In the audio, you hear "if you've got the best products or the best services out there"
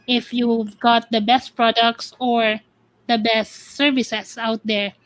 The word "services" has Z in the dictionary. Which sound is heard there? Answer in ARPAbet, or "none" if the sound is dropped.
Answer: S